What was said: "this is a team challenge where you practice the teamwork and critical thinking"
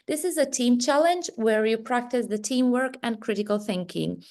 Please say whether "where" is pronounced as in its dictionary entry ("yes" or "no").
yes